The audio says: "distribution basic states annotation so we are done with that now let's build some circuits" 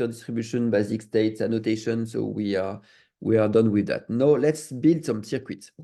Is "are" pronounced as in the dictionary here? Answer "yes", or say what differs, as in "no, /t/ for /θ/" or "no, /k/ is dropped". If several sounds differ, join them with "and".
no, /w/ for /ɹ/